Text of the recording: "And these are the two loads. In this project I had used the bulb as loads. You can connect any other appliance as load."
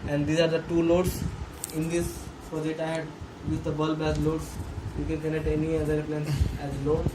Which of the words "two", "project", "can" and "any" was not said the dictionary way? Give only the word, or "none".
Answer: project